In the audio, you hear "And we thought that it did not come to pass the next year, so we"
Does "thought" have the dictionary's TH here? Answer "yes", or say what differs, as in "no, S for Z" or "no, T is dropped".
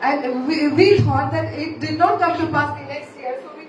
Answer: no, T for TH